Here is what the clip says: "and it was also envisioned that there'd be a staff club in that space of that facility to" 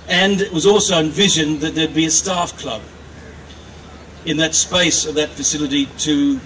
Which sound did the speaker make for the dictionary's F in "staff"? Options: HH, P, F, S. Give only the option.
F